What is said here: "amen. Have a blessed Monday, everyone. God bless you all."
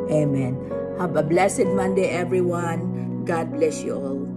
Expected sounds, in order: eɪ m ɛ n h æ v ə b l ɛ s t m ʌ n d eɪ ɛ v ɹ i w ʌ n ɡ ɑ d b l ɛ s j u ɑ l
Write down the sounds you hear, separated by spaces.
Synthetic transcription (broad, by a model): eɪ m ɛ n h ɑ b ə b l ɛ s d m ʌ n d eɪ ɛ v ɹ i w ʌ n ɡ ɑ d b l ɛ s j u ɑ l